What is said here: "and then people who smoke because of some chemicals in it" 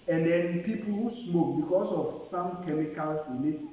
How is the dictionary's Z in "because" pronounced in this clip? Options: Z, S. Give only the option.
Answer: S